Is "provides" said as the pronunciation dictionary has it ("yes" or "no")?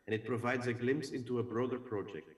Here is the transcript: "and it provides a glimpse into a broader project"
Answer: yes